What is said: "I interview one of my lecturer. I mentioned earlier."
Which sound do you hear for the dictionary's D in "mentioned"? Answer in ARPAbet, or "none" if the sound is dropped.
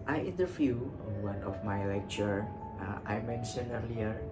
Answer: none